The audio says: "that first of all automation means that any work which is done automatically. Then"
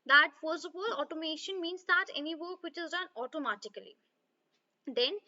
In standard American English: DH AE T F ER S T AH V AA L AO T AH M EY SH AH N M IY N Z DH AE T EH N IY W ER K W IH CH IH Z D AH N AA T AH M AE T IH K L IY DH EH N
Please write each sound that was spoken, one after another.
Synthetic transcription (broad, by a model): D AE T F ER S AH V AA L AO T AH M EY SH AH N M IY N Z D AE T EH N IY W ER K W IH CH IH Z D AH N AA T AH M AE T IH K L IY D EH N